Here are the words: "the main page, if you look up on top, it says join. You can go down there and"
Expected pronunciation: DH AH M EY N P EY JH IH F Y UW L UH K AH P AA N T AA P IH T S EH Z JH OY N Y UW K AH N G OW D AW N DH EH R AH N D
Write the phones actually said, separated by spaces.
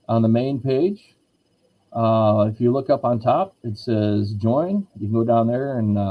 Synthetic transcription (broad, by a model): DH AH M EY N P EY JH IH F Y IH L UH K AH P N T AA P IH T S EH Z JH OY N Y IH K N G OW D AW N DH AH R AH N